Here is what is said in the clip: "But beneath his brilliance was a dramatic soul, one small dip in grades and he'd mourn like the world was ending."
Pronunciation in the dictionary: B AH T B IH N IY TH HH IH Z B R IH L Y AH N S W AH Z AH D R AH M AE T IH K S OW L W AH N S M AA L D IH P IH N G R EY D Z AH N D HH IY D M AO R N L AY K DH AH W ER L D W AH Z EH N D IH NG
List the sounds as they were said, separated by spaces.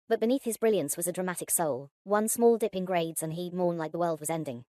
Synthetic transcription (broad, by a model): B AH T B IH N IY TH HH IH Z B R IH L Y AH N S W AH Z AH D R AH M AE T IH K S OW L W AH N S M AA L D IH P IH N G R EY D Z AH N HH IY D M AO R N L AY K DH AH W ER L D W AH Z EH N D IH NG